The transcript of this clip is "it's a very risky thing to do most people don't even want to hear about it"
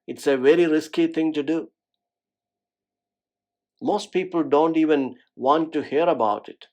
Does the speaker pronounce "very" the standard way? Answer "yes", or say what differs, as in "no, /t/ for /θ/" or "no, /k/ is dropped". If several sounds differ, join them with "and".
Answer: yes